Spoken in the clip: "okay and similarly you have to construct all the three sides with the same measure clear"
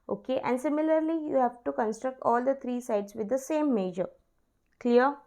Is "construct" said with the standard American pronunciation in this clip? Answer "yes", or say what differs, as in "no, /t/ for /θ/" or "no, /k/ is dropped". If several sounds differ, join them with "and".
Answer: yes